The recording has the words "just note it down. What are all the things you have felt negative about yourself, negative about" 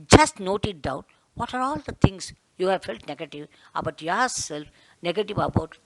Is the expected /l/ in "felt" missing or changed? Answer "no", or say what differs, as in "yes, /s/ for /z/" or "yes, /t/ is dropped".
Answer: no